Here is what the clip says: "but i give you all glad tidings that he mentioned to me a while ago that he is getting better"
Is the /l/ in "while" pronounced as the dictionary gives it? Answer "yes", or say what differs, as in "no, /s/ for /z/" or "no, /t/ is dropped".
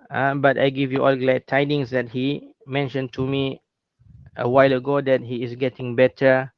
yes